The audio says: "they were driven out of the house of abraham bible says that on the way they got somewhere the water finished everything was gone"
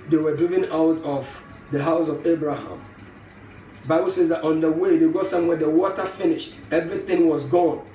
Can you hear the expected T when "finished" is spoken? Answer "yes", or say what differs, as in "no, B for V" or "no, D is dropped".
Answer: yes